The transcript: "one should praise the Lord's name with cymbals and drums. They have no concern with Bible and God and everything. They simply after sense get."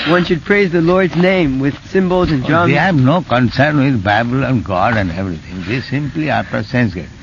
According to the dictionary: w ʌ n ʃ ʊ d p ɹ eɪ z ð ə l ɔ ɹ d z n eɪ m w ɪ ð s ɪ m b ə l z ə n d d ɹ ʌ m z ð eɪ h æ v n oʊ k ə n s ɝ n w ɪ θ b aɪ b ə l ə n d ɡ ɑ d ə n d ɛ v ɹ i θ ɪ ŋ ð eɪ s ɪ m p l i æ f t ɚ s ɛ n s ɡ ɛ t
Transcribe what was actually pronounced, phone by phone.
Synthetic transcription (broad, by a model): w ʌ n ʃ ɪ d p ɹ eɪ z ð ə l ɔ ɹ d z n eɪ m w ɪ ð s ɪ m b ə l z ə n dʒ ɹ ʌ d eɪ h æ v n oʊ k ə n s ɝ n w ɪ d b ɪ b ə l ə n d ɡ ɑ d ə n d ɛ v ɹ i t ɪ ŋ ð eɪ s ɪ m p l i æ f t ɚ s ɛ n s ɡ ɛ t